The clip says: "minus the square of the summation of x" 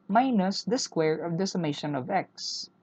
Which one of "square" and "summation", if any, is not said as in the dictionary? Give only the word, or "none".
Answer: none